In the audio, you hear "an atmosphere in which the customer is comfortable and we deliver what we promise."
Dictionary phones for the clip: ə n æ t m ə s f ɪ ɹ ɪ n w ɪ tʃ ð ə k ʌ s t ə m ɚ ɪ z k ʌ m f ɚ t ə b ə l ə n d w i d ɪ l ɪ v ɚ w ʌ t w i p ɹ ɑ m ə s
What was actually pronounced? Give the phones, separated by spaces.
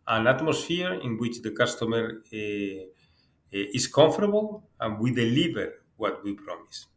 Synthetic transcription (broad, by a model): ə n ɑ t m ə s f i ɹ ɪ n w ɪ tʃ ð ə k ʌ s t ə m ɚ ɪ s k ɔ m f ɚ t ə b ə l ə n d w i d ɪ l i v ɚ w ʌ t w i p ɹ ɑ m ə s